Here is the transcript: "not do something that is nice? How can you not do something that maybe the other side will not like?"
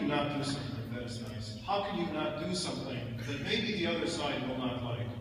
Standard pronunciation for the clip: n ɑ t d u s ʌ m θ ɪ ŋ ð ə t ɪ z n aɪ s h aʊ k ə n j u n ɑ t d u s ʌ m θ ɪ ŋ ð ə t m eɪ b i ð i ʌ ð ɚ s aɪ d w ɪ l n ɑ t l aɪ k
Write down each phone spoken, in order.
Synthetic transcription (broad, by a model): n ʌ t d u s ʌ m θ ɪ ŋ ð ə t ɪ z n aɪ s h aʊ k ə n j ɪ n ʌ t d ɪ s ʌ m θ ɪ ŋ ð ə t m eɪ b i ð i ʌ ð ɚ s aɪ d w ɪ l n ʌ t l aɪ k